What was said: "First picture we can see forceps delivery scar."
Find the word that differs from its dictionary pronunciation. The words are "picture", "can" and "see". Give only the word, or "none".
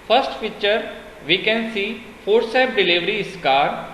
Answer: picture